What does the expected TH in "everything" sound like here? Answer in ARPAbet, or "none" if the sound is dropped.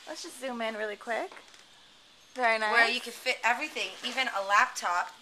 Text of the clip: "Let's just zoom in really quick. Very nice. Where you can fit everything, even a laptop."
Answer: TH